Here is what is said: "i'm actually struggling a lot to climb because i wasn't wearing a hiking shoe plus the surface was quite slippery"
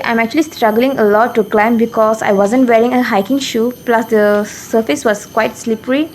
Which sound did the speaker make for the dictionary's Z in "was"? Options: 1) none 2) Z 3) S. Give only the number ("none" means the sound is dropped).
3